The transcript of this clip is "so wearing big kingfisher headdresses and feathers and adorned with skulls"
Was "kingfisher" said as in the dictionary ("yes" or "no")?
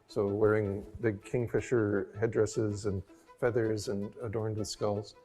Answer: yes